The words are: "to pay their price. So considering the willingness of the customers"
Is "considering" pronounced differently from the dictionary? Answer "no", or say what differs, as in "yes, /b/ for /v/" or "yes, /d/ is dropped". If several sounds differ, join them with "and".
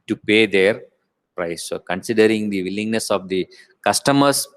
no